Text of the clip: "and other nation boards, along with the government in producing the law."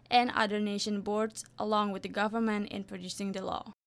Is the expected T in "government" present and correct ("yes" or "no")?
yes